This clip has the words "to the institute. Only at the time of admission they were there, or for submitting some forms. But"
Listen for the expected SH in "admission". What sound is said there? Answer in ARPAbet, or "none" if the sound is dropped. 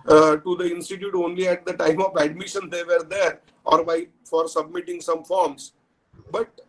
SH